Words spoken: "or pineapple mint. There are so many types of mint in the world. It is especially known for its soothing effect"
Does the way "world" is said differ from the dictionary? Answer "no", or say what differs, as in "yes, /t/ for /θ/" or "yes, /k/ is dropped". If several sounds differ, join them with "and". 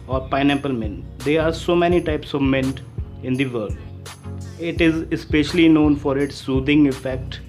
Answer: yes, /l/ is dropped